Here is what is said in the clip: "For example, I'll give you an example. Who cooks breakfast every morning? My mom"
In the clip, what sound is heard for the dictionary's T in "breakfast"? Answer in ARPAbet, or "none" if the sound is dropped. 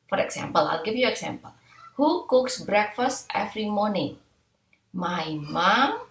T